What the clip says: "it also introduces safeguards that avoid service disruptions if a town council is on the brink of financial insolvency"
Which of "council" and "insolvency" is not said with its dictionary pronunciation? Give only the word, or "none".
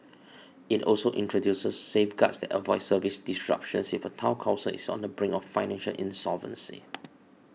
council